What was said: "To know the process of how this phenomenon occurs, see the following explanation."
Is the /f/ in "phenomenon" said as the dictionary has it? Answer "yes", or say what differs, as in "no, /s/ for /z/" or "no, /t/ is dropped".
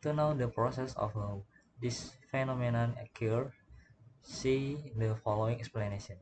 yes